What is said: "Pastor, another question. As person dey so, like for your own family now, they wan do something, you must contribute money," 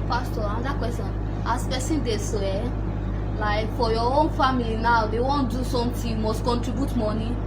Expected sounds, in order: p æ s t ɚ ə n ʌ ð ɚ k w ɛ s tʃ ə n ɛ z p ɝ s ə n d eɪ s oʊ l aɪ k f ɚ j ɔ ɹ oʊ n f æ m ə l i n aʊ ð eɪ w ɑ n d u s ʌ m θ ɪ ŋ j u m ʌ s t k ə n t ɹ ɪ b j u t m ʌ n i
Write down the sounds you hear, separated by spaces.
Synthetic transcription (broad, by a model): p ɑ s t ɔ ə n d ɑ k w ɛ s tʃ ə n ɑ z p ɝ s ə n d eɪ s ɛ l aɪ k f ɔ j ɔ oʊ n f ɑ m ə l i n aʊ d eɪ w ɑ n d u s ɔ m t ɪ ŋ j u m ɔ s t k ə n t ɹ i b j u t m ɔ n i